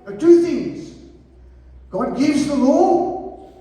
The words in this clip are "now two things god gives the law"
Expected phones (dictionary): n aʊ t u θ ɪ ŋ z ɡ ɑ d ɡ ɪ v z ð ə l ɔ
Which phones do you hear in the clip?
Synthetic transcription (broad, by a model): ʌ t u θ ɪ ŋ z ɡ ɑ d ɡ ɪ v z ð ə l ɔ